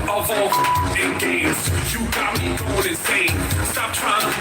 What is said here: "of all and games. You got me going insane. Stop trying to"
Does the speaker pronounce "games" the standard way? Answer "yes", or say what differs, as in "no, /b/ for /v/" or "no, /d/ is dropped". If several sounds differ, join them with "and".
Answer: no, /m/ is dropped